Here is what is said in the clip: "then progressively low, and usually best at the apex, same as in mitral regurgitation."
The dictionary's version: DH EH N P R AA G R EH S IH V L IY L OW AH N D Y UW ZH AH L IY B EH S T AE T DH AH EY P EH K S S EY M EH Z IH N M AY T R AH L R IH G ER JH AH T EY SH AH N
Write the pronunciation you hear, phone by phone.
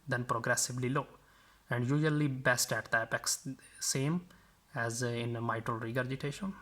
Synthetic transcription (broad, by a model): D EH N P R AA G R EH S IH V L IY L OW AH N D Y UW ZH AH L IY B EH S T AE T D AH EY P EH K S S EY M EH Z IH N M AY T R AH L R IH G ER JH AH T EY SH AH N